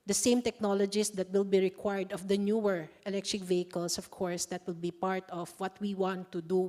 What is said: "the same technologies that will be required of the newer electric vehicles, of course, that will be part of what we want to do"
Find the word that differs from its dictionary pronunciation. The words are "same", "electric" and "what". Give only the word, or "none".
none